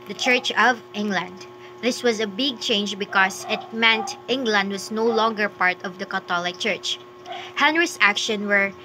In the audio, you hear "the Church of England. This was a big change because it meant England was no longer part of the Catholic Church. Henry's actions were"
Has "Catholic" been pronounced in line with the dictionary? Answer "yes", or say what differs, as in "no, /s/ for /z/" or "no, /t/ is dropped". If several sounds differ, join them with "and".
no, /t/ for /θ/